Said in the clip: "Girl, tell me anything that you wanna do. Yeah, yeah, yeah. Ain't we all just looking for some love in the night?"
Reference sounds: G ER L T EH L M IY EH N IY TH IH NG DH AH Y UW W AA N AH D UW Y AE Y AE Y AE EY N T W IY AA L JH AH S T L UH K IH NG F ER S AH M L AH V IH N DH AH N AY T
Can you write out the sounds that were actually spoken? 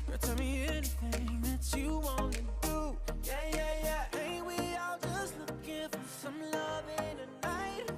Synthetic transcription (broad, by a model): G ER T EH L M IY EH N IY TH IH NG DH AH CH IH W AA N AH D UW Y AE Y AE Y AE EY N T W IY AA L JH AH S T L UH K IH F ER S AH M L AH V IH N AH N AY T